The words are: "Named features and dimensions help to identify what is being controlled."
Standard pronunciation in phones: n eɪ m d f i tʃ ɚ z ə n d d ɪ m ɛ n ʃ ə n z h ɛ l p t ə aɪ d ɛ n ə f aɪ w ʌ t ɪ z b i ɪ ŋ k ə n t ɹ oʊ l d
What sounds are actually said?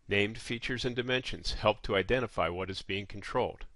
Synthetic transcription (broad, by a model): n eɪ m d f i tʃ ɚ z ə n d d ɪ m ɛ n ʃ ə n z h ɛ l p t ə aɪ d ɛ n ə f aɪ w ʌ t ɪ z b i ɪ ŋ k n t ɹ oʊ l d